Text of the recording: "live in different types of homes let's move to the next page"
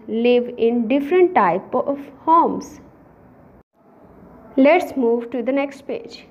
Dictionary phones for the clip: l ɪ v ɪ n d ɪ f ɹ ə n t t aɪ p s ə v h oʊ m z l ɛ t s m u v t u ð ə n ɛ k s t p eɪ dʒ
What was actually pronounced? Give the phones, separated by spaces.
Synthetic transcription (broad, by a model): l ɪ v ɪ n d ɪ f ɹ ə n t t aɪ p ə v h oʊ m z l ɛ t s m u v t u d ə n ɛ k s t p eɪ dʒ